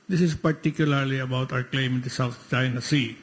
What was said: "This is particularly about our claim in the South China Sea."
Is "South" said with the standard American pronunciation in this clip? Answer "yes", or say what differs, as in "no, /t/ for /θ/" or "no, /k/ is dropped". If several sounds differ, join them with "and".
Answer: no, /t/ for /θ/